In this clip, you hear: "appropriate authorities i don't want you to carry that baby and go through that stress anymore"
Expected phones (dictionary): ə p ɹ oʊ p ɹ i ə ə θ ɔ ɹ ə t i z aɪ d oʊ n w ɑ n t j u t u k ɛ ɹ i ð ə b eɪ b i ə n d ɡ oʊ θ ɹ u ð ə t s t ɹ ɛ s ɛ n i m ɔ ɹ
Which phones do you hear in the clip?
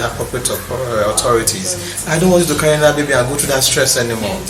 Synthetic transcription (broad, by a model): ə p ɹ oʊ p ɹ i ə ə t ɔ ɹ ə t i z aɪ d oʊ n w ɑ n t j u t u k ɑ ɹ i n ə b eɪ b i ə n ɡ oʊ t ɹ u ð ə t s t ɹ ɛ s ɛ n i m ɔ